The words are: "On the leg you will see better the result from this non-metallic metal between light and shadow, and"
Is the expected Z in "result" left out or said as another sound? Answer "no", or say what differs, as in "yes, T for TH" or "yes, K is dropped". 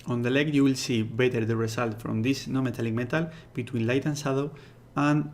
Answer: yes, S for Z